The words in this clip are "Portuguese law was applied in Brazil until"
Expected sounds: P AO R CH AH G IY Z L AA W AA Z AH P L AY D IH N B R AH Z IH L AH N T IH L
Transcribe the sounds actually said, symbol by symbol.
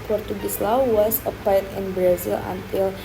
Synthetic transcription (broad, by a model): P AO R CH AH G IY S L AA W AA S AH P AY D IH N B R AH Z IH L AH N T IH L